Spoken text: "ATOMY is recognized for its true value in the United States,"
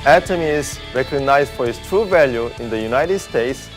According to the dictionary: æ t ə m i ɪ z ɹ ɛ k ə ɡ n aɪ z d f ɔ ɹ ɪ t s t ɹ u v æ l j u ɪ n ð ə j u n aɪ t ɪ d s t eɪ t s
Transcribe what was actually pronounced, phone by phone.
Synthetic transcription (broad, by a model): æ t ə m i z ɹ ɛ k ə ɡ n aɪ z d f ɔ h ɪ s t ɹ u v æ l j u ɪ n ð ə j u n aɪ t ɪ d s t eɪ t s